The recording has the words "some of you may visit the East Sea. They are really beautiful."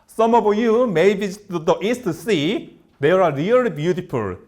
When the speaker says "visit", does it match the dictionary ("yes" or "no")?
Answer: no